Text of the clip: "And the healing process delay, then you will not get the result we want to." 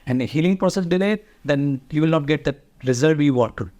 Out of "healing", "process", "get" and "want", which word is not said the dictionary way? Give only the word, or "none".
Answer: want